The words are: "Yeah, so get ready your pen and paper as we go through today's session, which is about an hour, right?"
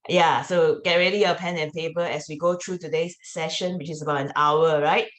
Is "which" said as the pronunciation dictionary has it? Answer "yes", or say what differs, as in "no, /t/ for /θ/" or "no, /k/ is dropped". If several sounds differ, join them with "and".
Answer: yes